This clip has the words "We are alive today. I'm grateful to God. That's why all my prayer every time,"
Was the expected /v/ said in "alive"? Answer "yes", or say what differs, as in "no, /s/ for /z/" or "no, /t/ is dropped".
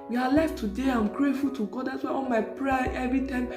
no, /f/ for /v/